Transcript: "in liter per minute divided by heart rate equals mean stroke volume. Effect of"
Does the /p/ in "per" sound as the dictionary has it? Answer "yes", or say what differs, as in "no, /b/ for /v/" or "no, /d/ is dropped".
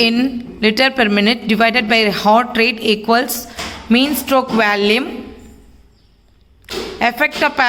yes